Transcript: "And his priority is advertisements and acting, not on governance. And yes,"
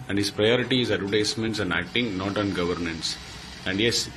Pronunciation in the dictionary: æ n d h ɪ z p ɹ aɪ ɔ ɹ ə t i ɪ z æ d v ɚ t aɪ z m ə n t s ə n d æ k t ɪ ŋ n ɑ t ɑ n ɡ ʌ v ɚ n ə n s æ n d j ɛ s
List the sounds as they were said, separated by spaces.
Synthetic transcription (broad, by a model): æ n d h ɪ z p ɹ aɪ ɔ ɹ ə t i ɪ z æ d u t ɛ s m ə n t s ə n d æ k t ɪ ŋ n ɑ t ɑ n ɡ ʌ v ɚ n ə n s æ n d j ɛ s